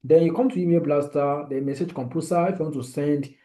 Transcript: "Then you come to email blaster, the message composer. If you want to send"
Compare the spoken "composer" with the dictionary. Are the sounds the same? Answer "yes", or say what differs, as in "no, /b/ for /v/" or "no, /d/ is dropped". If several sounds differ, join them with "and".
no, /s/ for /z/